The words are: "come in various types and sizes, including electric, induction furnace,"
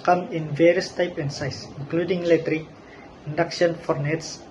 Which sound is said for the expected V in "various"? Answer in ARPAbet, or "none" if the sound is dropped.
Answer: V